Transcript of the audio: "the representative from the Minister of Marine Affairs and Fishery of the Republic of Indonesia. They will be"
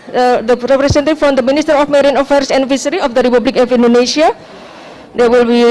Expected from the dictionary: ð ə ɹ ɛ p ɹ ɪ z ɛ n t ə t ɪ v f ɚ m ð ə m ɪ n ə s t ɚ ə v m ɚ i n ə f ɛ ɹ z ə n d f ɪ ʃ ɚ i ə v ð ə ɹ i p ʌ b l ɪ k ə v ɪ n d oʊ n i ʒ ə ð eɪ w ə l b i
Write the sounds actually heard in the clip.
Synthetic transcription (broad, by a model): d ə ɹ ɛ p ɹ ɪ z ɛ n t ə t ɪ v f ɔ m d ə m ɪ n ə s t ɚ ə f m ɚ i n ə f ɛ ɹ s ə n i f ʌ s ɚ i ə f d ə ɹ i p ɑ b l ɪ k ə f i n d oʊ n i ʃ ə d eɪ w ə l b i